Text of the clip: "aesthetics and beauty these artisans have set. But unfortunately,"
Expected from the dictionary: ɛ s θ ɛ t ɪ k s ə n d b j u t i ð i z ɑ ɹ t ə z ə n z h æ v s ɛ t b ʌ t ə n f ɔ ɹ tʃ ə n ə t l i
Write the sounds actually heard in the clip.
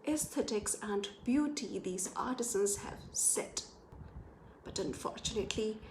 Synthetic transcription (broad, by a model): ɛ s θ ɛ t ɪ k s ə n b j u t i ð i z ɑ ɹ t ə z ə n z h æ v s ɛ t b ʌ t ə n f ɔ ɹ tʃ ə n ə t l i